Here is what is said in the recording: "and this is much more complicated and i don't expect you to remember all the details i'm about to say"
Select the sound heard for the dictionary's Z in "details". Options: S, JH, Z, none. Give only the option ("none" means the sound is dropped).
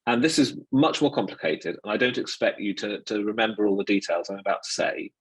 Z